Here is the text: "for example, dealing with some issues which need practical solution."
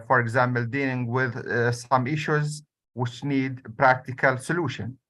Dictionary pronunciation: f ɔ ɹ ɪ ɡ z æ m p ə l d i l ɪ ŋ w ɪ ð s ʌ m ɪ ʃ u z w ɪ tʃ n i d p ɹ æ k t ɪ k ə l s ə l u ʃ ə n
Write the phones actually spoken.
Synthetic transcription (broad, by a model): f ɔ ɹ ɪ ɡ z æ m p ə l d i l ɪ ŋ w ɪ ð s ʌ m ɪ ʃ u z w ɪ tʃ n i d p ɹ æ k t ɪ k ə l s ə l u ʃ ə n